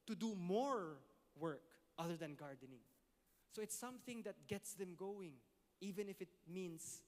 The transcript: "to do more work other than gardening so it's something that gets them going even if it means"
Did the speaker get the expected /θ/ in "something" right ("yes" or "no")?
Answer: yes